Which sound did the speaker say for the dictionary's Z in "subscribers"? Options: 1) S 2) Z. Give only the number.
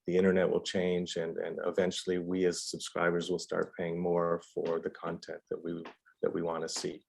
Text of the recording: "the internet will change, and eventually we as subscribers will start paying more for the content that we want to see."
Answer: 2